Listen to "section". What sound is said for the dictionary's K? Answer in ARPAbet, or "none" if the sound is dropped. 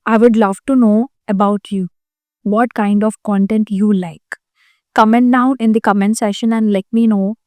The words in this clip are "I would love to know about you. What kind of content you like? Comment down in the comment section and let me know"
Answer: none